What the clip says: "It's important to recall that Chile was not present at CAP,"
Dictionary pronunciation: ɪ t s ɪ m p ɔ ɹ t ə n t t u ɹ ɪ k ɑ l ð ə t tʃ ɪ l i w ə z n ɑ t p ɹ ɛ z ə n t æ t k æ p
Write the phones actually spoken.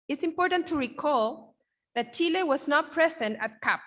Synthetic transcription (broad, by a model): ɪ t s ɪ m p ɔ ɹ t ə n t t u ɹ ɪ k ɑ l ð ə t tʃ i l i w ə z n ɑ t p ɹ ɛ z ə n t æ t k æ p